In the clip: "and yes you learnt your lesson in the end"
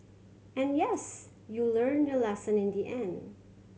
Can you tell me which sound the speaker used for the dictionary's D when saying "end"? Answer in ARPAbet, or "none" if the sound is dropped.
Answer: D